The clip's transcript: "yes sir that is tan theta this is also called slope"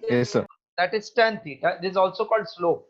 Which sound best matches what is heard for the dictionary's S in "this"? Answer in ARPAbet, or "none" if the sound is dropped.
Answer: none